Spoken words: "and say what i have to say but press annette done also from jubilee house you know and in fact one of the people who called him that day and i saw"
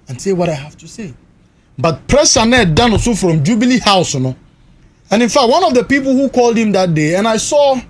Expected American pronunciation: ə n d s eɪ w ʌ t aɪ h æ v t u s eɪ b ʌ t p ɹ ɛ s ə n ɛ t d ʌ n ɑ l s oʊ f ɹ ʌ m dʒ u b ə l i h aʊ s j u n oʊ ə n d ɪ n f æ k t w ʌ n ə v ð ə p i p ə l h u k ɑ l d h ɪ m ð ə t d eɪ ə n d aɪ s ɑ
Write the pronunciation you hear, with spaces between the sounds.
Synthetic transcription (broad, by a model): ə n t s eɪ w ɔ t aɪ h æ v t u s eɪ b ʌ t p ɹ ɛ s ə n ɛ d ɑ n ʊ s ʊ f ɹ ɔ m dʒ u b ə l i h aʊ s n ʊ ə n ɪ n f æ k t w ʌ n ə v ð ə p i p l h u k ɑ l d h ɪ m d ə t d eɪ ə n aɪ s ɑ